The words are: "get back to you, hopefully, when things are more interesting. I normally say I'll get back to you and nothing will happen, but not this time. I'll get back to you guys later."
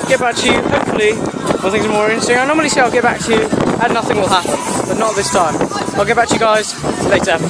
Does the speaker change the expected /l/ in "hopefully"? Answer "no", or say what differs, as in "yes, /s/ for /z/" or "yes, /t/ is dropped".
no